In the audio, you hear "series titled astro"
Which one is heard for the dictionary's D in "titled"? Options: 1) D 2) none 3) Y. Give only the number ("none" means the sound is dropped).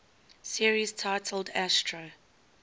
1